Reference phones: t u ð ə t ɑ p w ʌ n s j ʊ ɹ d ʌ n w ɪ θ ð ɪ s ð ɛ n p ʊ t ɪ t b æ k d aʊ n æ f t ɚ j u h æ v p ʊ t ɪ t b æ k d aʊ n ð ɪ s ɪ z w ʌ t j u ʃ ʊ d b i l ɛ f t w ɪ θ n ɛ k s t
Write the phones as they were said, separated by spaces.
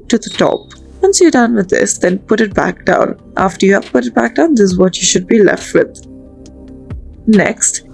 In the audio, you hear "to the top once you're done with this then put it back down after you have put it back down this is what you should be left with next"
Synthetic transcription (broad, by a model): t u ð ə t ɑ p w ʌ n s j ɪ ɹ d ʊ n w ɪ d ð ɪ s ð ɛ n p ʊ t ɪ t b æ k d aʊ n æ f t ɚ j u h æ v p ʊ t ɪ t b æ k d aʊ n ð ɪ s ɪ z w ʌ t j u ʃ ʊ d b i l ɛ f t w ɪ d n ɛ k s t